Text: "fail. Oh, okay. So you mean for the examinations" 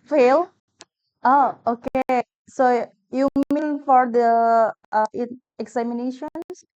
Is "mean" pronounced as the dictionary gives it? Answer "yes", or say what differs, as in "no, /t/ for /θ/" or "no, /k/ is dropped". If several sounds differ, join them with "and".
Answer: no, /l/ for /n/